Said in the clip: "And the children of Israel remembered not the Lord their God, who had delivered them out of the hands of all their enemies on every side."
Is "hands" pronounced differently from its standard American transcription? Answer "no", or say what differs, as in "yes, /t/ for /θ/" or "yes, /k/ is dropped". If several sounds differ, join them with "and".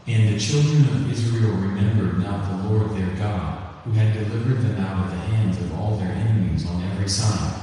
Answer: no